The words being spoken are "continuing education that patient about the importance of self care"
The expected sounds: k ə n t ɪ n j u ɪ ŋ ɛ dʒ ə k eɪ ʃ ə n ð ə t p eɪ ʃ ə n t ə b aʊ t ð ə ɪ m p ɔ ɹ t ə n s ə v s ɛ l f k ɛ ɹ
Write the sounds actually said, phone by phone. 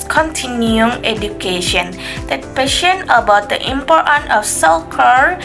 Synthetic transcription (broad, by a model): k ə n t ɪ n j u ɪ ŋ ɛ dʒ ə k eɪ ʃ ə n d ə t p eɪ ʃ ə n ə b aʊ t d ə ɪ m p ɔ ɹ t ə n ə f s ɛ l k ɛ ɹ